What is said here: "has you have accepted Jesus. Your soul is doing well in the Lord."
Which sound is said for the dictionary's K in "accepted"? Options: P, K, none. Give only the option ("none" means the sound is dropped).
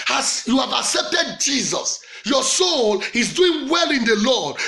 K